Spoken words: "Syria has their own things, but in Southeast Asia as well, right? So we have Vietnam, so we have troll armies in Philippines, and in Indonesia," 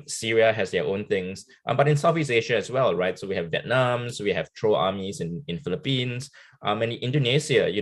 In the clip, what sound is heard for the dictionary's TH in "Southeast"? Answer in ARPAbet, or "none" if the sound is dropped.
F